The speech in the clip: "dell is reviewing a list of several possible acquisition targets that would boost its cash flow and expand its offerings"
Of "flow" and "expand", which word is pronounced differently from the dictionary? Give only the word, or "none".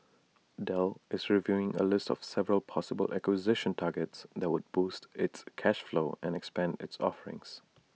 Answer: none